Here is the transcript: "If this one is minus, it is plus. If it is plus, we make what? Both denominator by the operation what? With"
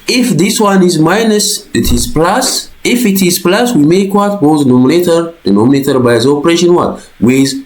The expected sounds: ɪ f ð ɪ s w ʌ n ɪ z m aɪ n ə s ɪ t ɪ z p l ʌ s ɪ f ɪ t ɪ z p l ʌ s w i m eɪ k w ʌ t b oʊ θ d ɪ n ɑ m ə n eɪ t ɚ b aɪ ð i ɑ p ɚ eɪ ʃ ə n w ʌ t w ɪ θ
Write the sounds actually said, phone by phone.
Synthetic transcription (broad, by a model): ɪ f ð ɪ s w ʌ n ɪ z m aɪ n ə s ɪ t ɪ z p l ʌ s ɪ f ɪ t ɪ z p l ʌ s w i m eɪ k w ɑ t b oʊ t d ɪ n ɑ m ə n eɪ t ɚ b aɪ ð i ɑ p ɚ eɪ ʃ ə n w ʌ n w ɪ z